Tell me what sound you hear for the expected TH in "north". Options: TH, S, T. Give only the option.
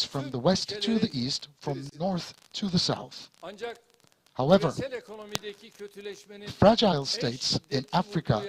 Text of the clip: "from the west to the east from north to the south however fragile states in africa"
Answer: TH